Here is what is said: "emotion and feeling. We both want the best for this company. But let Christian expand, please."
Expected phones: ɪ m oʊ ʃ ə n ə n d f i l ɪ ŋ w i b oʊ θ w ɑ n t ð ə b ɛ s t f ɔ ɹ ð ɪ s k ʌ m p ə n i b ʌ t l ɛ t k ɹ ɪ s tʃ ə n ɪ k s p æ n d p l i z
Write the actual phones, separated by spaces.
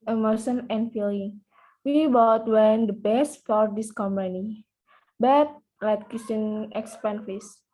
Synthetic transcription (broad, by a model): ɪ m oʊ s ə n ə n f i l ɪ ŋ w i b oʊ t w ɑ n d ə b ɛ s t f ɔ ɹ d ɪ s k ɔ m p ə n i b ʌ t l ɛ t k ɪ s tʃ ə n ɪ k s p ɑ n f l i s